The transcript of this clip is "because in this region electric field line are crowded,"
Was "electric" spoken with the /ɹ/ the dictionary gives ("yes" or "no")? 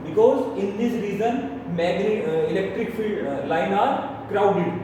yes